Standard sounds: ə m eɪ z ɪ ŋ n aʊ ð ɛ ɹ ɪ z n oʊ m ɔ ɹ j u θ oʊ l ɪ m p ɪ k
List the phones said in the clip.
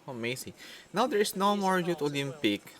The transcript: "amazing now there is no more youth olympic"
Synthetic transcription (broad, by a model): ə m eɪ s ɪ n aʊ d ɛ ɹ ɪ s n oʊ m ɔ ɹ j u t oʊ l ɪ m p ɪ k